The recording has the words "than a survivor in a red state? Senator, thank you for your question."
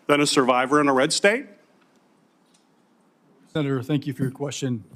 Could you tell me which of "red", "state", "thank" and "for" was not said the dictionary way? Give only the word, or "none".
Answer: none